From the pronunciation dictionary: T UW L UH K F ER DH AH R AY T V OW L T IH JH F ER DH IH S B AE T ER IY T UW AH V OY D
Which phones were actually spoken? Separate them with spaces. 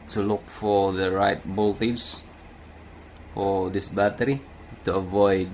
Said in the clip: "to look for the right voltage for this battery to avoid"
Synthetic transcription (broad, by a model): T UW L UH K F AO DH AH R AY T B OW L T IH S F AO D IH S B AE T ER IY T UW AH V OY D